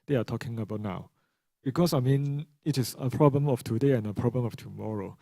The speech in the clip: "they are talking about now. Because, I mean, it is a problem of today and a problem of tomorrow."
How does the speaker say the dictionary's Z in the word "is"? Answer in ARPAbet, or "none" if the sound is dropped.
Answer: S